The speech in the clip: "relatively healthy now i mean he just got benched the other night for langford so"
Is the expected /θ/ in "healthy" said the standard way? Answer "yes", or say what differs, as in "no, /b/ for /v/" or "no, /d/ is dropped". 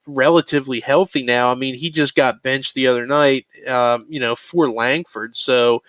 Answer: yes